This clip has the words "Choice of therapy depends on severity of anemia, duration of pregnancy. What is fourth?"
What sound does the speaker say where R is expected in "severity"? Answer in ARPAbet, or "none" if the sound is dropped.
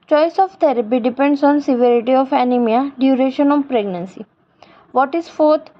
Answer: R